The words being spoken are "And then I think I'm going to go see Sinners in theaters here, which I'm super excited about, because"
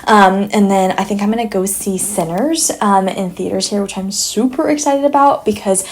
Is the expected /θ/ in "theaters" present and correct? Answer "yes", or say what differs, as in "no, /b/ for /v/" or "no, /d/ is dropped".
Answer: yes